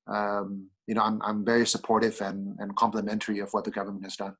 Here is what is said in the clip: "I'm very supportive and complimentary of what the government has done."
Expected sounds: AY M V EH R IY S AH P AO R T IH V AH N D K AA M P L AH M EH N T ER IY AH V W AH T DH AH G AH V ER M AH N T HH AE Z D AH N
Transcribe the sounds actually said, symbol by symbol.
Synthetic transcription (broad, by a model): AY M V EH R IY S AH P AO R T IH V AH N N K AA M P L AH M EH N T ER IY AH V W AH T DH AH G AH V ER M AH N T HH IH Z D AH N